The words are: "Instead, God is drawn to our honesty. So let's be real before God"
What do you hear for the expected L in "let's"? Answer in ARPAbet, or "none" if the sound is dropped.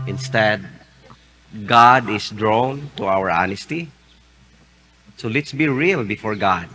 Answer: L